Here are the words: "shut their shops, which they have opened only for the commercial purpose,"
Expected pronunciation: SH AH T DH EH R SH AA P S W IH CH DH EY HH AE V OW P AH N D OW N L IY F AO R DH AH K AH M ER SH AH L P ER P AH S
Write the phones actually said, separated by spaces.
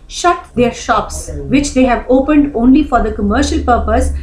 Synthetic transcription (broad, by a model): SH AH T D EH R SH AA P S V IH CH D EY HH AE V OW P AH N D OW N L IY F AO R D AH K AH M ER SH AH L P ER P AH S